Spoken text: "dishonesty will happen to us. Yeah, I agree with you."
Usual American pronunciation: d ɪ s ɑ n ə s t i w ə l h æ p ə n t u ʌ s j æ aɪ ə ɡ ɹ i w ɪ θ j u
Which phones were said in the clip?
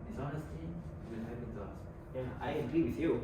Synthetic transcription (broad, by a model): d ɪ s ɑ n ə s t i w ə n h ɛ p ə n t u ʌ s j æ aɪ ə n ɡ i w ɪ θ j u